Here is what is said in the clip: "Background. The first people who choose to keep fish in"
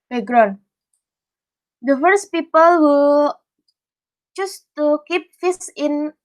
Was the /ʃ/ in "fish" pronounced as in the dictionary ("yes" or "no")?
no